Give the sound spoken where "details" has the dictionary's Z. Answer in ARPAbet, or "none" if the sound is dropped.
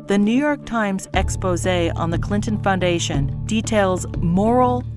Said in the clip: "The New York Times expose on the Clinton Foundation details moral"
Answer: Z